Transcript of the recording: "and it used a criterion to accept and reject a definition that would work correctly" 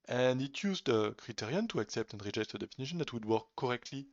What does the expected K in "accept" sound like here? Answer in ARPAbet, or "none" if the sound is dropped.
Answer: K